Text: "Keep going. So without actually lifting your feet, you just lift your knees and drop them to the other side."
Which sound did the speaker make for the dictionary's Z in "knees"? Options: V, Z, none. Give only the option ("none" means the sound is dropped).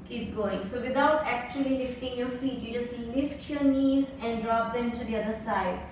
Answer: Z